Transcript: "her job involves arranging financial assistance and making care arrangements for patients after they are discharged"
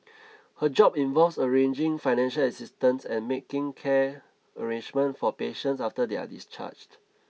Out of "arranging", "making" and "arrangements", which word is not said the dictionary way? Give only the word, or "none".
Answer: arrangements